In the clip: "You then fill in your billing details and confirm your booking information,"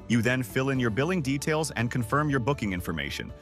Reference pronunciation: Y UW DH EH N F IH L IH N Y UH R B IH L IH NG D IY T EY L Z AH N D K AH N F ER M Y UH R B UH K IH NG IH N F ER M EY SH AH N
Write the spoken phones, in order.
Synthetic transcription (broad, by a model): Y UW DH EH N F IH L IH N Y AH R B IH L IH NG D IY T EY L Z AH N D K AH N F ER M Y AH R B UH K IH NG IH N F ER M EY SH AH N